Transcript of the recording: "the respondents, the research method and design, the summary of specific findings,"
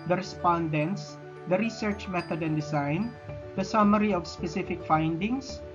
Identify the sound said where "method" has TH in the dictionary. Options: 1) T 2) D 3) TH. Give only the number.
1